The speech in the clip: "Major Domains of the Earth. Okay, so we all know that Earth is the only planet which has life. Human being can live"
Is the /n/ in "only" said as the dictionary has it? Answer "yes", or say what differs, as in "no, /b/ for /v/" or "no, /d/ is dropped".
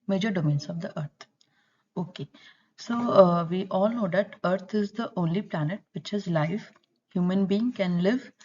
yes